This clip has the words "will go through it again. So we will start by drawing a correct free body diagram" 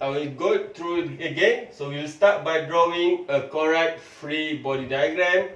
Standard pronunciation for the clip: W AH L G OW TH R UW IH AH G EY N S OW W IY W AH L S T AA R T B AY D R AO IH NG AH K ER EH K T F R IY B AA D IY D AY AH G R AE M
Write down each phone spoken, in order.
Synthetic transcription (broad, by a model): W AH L G OW T R UW AH G EY N S OW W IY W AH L S T AA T B AY D R AO IH NG AH K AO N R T F R IY B AA D IY D AY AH G R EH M